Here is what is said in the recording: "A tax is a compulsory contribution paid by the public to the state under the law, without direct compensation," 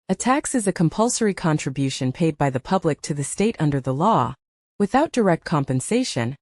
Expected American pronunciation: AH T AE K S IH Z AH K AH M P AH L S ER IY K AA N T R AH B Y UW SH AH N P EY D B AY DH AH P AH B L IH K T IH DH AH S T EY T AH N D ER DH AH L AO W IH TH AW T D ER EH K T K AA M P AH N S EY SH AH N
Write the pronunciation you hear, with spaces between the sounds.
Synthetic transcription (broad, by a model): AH T AE K S IH Z AH K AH M P AH L S ER IY K AA N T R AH B Y UW SH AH N P EY D B AY DH AH P AH B L IH K T IH DH AH S T EY T AH N D ER DH AH L AO W IH TH AW T D ER EH K T K AA M P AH N S EY SH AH N